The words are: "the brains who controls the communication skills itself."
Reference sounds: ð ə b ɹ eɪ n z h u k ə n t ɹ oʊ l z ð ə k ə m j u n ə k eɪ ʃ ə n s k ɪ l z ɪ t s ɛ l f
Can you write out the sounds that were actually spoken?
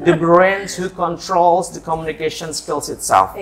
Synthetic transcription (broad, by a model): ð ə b ɹ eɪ n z h u k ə n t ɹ oʊ l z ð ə k ə m j u n ə k eɪ ʃ ə n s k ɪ l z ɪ t s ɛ l f